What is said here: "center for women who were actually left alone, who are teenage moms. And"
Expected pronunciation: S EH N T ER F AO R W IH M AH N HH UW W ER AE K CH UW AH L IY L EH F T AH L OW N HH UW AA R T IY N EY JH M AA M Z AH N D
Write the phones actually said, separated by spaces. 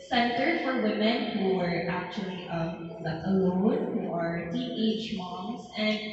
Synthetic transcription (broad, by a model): S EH N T ER F AO R W IH M AH N HH UW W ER AE K CH UW AH L IY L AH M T AH L OW N HH UW AA R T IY EY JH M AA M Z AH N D